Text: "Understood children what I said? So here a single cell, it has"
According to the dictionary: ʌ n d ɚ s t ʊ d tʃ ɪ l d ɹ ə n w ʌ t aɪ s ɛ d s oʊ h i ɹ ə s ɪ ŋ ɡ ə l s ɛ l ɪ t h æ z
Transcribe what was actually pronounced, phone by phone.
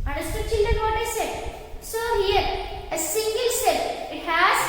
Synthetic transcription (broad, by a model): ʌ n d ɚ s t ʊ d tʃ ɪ n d ə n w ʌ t aɪ s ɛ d s oʊ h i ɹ ə s ɪ ŋ ɡ ə l s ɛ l ɪ t h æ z